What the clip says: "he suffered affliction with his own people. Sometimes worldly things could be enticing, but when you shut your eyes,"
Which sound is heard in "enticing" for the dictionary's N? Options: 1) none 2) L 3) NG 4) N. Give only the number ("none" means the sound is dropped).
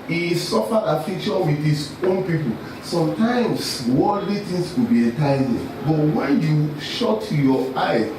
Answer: 1